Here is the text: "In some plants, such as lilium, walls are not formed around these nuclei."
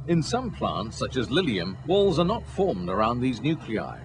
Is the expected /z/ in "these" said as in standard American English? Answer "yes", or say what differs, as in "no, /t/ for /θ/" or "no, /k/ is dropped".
yes